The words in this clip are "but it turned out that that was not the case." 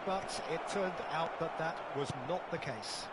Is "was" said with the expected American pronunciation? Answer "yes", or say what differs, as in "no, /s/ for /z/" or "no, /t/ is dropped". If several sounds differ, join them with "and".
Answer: yes